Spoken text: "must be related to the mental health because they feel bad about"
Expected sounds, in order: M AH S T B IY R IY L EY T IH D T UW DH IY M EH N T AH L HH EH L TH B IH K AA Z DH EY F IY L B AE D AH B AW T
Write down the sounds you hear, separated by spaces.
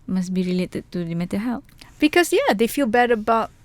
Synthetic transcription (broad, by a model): M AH S B IY R IY L EY T IH D T UW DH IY M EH T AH HH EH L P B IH K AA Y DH EY F IY L B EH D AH B AW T